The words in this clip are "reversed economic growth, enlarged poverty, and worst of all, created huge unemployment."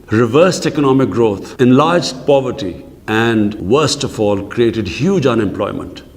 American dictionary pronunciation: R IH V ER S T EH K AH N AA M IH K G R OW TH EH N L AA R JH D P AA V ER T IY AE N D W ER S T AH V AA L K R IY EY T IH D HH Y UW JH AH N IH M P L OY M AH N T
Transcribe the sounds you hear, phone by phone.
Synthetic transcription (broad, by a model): R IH V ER S T EH K AH N AA M IH K G R OW T EH N L AA R JH D P AA V ER T IY AE N D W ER S T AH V AA L K R IY EY T IH D HH Y UW JH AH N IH M P L OY M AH N T